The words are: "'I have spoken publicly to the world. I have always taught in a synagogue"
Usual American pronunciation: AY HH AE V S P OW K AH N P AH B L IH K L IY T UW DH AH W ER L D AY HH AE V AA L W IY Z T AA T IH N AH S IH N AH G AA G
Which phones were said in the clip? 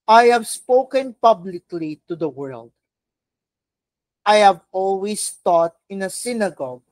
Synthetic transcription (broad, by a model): AY HH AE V S P OW K AH N P AH B L IH K L IY T UW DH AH W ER L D AY HH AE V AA L W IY S T AA T IH N AH S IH N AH G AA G